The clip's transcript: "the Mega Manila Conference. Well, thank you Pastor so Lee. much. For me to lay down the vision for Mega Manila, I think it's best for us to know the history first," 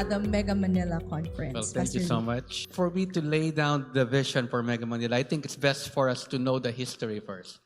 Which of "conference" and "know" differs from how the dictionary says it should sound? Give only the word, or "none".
conference